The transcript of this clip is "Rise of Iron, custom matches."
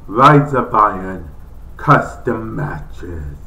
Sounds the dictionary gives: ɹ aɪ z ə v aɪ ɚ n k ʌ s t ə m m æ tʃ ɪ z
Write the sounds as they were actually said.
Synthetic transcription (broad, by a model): ɹ aɪ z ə b aɪ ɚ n k ʌ s t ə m m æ tʃ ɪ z